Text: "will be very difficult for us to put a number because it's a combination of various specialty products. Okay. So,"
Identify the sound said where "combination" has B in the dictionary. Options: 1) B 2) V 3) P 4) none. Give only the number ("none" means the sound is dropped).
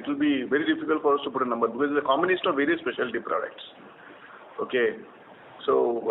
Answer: 4